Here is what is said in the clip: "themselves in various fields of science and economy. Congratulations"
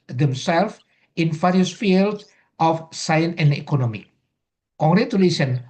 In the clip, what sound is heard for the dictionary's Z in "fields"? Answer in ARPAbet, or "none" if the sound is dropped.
none